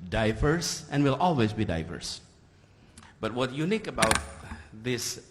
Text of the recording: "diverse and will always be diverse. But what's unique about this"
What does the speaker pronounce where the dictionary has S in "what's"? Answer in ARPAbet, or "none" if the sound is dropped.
none